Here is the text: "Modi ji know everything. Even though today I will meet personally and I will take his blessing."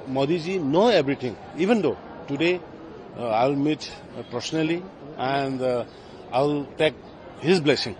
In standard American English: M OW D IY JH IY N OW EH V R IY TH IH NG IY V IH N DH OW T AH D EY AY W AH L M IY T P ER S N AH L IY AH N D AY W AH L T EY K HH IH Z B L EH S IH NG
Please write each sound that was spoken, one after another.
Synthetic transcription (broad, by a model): M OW D IY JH IY N OW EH B R IY T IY NG IY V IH N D OW T AH D EY AY L M IY T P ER S N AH L IY AH N D AY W L T EY K HH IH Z B L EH S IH NG